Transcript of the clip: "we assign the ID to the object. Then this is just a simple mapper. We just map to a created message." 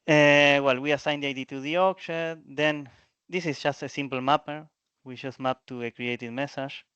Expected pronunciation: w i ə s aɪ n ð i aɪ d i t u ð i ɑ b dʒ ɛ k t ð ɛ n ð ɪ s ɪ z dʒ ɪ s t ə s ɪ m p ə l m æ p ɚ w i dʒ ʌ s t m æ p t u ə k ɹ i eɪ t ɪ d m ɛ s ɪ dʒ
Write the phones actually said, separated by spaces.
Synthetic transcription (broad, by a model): w i ə s aɪ n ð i aɪ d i t u ð i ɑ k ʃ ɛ t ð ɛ n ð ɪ s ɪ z dʒ ɪ s t ə s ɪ m p l m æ p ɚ w i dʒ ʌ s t m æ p t u ə k ɹ i eɪ t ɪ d m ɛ s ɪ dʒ